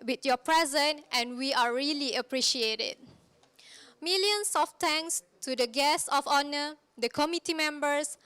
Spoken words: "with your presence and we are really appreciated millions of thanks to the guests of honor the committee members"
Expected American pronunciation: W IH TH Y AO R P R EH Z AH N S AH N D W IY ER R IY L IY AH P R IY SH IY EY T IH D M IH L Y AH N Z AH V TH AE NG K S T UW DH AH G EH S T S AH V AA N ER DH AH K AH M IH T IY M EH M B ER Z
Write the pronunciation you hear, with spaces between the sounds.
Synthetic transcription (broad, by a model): W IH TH Y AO P R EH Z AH N AH N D W IY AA R IY L IY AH P R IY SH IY EY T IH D M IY L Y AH N S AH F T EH NG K S T UW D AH G EH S S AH F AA N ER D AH K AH M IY T IY M EH M B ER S